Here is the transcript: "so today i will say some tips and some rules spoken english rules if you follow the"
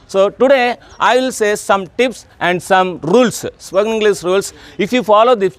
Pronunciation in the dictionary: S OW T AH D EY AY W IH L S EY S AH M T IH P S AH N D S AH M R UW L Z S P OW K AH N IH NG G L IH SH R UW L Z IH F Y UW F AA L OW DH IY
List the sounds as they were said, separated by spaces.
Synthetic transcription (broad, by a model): S OW T AH D EY AY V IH L S EY S AH M T IH P S AH N D S AH M R UW L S S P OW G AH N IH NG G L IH S R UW L S IH F Y UW F AA L OW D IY